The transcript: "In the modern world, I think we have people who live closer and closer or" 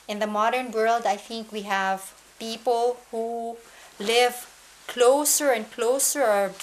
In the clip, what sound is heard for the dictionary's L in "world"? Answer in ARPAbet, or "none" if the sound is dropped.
L